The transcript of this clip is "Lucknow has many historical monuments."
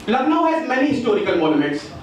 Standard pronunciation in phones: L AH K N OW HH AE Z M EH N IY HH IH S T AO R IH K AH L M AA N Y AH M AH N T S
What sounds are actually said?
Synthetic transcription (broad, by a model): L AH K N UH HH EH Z M EH N IY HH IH S T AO R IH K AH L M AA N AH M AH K S